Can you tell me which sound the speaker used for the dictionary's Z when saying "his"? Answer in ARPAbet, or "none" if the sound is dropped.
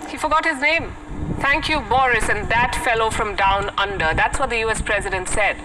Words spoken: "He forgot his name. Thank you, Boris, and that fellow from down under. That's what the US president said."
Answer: Z